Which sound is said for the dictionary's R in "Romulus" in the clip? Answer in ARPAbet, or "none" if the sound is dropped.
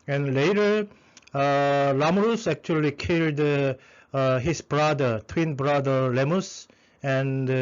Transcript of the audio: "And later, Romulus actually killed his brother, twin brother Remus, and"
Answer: L